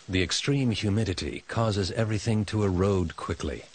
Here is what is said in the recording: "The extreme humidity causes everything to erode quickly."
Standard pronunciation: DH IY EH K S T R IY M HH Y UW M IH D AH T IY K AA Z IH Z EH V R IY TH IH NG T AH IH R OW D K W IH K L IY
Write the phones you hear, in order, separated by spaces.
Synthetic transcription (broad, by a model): DH IY EH K S T R IY M HH Y UW M IH D AH T IY K AA Z IH Z EH V R IY TH IH NG T AH IH R OW D K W IH K L IY